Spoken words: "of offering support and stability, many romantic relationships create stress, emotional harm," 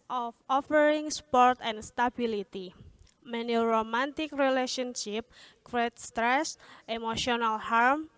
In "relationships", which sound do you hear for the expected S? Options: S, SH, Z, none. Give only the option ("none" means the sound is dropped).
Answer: none